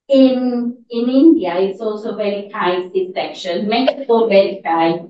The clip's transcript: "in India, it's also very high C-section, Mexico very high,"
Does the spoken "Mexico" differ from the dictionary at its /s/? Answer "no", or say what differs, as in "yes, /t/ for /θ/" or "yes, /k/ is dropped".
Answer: yes, /s/ is dropped